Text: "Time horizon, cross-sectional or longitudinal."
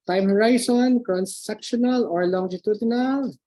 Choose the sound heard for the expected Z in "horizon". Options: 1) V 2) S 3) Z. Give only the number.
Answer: 2